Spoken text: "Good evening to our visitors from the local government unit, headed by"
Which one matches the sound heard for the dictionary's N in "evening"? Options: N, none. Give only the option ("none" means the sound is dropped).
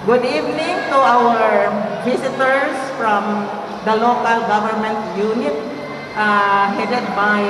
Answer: N